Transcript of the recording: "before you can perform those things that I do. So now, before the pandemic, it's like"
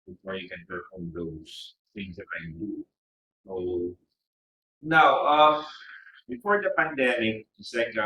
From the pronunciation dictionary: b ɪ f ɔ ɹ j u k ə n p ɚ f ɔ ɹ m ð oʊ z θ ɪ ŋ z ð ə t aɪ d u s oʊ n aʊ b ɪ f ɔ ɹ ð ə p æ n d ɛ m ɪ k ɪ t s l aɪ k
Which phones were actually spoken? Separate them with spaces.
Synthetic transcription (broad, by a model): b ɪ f ɔ ɹ j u k ə n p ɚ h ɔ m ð oʊ s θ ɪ ŋ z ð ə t aɪ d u s oʊ n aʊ b ɪ f ɔ ɹ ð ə p æ n d ɛ m ɪ k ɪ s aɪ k